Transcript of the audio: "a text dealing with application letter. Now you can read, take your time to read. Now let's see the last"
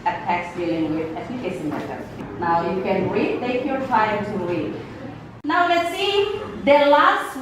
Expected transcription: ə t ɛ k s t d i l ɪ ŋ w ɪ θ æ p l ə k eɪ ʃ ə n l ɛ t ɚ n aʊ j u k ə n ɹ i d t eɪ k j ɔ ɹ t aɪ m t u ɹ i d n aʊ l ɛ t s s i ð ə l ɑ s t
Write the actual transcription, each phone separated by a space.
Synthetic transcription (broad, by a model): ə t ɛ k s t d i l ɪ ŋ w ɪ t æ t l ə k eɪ s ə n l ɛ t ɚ n aʊ j u k ə n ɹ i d t eɪ k j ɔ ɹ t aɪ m t u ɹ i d n aʊ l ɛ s s i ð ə l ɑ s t